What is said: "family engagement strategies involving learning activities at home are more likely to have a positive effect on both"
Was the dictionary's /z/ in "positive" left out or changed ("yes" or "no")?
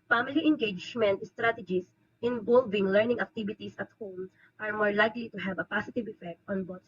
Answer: yes